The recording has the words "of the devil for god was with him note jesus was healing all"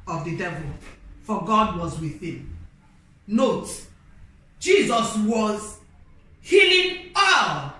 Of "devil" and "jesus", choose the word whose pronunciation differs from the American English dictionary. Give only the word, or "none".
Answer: none